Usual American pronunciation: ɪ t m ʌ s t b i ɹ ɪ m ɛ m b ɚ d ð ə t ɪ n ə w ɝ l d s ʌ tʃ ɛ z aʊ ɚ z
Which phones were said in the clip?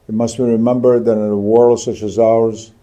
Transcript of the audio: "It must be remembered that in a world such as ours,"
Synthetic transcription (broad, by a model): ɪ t m ʌ s t b i ɹ ɪ m ɛ m b ɚ d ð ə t ɪ n ə w ɝ l d s ʌ tʃ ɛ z aʊ ɚ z